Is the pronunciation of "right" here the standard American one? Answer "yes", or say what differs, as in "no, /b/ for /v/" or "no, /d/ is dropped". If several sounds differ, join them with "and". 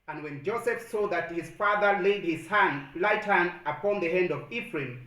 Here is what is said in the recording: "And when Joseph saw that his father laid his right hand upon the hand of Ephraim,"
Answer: no, /l/ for /ɹ/